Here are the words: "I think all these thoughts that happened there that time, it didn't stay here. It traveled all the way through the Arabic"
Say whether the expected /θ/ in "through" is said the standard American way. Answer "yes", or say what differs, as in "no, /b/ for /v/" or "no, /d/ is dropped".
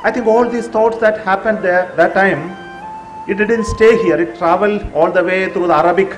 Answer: no, /t/ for /θ/